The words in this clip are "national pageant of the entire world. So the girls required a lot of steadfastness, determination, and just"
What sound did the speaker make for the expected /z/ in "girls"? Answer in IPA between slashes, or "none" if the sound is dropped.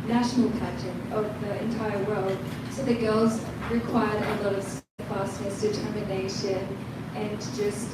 /z/